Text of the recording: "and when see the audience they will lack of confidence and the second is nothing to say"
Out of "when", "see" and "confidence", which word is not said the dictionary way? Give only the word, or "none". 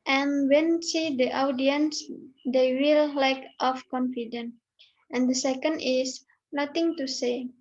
confidence